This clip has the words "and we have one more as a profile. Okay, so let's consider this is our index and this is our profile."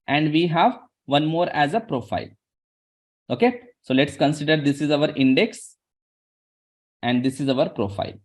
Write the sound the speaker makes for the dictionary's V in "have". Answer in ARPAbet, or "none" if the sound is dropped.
V